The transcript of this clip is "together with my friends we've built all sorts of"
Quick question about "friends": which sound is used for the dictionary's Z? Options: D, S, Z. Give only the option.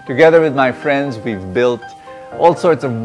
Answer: Z